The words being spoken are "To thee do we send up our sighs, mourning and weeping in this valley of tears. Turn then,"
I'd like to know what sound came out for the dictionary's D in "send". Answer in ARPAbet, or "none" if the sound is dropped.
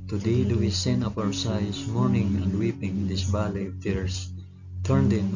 none